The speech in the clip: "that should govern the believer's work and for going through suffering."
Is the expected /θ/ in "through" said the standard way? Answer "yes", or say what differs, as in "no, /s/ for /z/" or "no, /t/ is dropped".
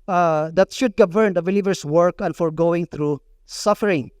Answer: no, /t/ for /θ/